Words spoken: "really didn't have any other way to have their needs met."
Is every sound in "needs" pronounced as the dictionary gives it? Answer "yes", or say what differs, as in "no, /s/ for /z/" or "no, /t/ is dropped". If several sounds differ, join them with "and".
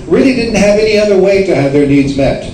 yes